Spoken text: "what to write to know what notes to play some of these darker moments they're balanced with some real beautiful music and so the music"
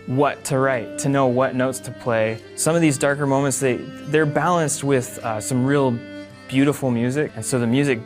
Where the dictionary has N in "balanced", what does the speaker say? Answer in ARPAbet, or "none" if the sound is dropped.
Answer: N